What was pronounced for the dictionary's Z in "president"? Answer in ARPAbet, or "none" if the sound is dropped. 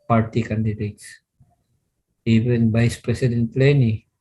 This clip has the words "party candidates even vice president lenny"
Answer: S